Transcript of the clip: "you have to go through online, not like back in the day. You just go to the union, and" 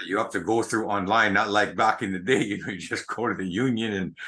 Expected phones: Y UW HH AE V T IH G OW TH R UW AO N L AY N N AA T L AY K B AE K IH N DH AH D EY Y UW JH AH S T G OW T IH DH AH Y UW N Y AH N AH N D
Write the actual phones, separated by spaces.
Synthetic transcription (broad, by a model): Y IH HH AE F T IH G OW TH R UW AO N L AY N N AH T L AY K B AE K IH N DH AH D EY Y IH JH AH S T G OW T IH DH AH Y UW N Y AH N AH N